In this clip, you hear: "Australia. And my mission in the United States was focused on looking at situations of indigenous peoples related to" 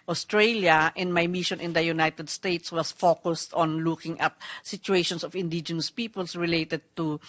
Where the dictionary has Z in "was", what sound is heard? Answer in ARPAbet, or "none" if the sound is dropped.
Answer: S